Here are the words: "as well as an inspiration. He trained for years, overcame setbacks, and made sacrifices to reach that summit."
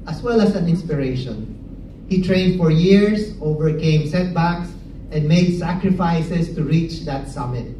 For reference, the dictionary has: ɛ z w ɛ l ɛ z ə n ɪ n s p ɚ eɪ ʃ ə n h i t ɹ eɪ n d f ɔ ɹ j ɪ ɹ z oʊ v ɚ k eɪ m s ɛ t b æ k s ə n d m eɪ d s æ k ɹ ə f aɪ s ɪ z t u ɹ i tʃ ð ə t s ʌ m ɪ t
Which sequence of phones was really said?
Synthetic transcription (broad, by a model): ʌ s w ɛ l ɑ s ə n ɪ n s p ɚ eɪ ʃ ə n h i t ɹ eɪ n d f ɔ ɹ j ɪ ɹ s oʊ v ɚ k eɪ m s ɛ t b æ k s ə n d m eɪ d s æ k ɹ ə f aɪ s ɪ s t u ɹ i tʃ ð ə t s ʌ m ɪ t